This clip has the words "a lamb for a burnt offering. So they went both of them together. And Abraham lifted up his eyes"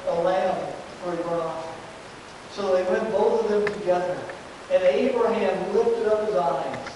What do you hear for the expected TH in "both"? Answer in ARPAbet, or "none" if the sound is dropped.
TH